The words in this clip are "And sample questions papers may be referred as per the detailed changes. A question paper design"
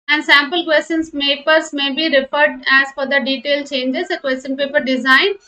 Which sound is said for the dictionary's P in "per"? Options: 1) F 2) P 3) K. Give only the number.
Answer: 1